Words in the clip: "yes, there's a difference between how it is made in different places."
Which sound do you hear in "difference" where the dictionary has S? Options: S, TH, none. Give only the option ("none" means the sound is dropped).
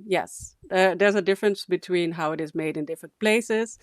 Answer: S